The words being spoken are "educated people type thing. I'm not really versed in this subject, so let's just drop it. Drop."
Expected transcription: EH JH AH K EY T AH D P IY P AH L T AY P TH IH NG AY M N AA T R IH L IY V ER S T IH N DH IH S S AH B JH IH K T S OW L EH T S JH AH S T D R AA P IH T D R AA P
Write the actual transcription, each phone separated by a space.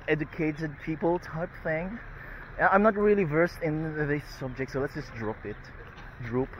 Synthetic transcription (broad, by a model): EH JH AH K EY T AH D P IY P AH L T AY P TH IH NG AY M N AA T R IH L IY V ER S T IH N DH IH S S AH B JH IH K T S OW L EH T S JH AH S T D R AA P IH T D R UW P